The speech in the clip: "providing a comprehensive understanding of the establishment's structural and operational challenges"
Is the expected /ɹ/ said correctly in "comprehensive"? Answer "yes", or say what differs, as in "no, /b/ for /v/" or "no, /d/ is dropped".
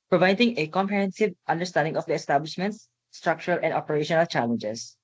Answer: no, /ɹ/ is dropped